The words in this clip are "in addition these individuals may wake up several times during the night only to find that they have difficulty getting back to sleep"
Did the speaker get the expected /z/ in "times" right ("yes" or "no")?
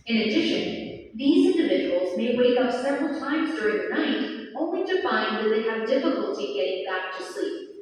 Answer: yes